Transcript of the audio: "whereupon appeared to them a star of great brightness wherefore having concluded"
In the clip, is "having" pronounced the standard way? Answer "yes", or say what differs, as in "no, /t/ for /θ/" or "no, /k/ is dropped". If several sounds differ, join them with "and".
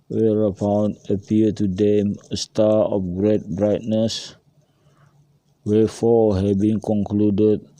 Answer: no, /b/ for /v/